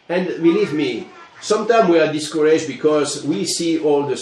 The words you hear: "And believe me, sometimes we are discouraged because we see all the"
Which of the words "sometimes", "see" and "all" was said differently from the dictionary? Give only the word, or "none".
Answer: sometimes